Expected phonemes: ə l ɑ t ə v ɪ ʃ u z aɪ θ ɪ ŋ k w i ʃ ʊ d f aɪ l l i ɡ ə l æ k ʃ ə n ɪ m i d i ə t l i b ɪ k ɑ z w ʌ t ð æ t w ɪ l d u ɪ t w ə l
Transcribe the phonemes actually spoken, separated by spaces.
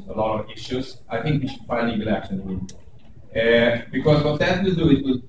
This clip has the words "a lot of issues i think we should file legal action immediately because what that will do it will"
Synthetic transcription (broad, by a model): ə l ɑ t ə v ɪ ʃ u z aɪ θ ɪ ŋ k w i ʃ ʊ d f aɪ n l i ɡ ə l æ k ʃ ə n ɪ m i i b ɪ k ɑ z w ʌ t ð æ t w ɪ d u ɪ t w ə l